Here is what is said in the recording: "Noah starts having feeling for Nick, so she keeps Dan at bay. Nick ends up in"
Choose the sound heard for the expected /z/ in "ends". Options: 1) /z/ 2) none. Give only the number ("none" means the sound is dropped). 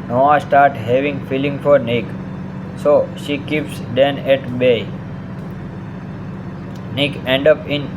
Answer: 2